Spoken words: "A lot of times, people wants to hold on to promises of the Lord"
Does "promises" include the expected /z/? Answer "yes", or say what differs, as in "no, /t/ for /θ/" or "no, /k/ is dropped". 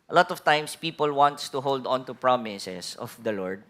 no, /s/ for /z/